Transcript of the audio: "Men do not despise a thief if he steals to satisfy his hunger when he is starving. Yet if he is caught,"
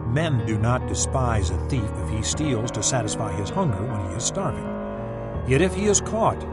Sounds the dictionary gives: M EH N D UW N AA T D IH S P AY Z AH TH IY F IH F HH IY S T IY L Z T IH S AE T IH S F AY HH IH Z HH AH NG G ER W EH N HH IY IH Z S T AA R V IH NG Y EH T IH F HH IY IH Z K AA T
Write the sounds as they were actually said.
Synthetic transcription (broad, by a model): M EH N D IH N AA T D IH S P AY Z AH TH IY F IH F HH IY S T IY L Z T IH S AE T IH S F AY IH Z HH AH NG G ER W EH N IY IH Z S T AA R V IH NG Y EH T IH F HH IY IH Z K AA T